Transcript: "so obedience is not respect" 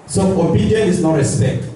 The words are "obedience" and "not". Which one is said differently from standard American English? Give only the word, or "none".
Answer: obedience